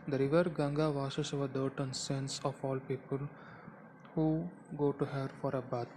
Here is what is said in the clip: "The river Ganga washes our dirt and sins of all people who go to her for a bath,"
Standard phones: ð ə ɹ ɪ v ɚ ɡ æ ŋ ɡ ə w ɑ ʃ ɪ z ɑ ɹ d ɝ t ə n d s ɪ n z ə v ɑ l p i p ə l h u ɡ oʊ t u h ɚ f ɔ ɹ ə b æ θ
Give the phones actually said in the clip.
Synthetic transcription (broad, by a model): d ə ɹ ɪ v ɚ ɡ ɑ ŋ ɡ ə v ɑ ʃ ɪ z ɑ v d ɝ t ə n s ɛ n s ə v ɑ l p i p ə l h u ɡ oʊ t u h ɚ f ɔ ɹ ə b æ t